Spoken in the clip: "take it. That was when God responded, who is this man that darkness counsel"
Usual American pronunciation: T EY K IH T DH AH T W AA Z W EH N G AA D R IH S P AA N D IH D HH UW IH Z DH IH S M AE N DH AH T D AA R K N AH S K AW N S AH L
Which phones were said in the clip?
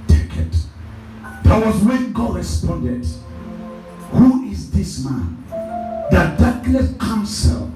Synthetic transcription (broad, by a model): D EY K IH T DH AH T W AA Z W EH N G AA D R IH S P AA N D IH D HH UW IH Z DH IH S M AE N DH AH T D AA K L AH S K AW N S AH L